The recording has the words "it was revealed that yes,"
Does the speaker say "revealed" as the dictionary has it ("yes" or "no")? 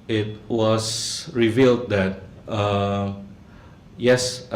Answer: yes